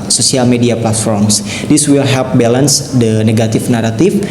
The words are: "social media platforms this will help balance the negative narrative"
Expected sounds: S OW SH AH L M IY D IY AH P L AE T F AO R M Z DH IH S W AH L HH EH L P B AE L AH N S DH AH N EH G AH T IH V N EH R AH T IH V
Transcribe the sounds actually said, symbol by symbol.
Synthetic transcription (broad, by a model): S OW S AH L M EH D IY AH P L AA T F AO R M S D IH S W AH L HH EH L P B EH L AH N S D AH N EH G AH T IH F N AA R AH T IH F